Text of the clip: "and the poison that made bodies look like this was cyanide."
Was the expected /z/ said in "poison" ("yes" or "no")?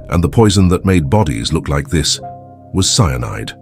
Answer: yes